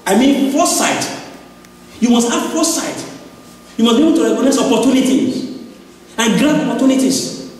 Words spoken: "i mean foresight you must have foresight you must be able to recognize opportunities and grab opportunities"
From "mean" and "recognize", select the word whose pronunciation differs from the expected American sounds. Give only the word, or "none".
recognize